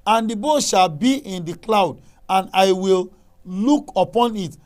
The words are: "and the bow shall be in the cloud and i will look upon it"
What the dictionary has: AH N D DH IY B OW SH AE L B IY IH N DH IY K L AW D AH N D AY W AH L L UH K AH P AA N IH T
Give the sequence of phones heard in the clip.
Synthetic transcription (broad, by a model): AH N D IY B OW SH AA L B IY IH N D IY K L AW D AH N AY W AH L L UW K AH P AA N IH T